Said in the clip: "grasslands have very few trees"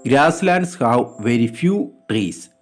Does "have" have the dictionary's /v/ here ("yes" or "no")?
no